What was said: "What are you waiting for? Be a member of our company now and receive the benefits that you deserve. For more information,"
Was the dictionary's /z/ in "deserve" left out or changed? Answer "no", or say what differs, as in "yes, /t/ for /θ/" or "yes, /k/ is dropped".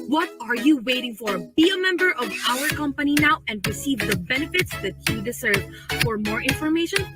yes, /s/ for /z/